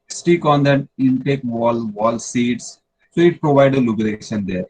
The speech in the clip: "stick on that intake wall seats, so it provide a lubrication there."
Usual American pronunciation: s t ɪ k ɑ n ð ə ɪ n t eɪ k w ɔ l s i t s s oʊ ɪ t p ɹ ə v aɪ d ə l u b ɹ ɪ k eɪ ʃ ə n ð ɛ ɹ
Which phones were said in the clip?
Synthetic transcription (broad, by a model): s t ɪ k ɑ n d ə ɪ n t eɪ k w ɔ l s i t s s oʊ ɪ t p ɹ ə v aɪ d ə l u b ɪ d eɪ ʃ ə n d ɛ ɹ